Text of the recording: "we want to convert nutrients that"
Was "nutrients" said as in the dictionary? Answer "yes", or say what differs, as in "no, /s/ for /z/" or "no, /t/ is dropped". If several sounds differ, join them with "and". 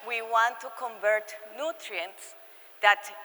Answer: yes